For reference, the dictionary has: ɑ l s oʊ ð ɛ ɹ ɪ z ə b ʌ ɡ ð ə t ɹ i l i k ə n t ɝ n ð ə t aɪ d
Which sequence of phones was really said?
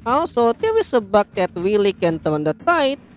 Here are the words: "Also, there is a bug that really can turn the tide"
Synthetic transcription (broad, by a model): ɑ l s oʊ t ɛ w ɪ s ə b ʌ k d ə t w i l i k ə n t ɝ n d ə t aɪ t